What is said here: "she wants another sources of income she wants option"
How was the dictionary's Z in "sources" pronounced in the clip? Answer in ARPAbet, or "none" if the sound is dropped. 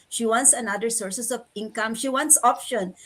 S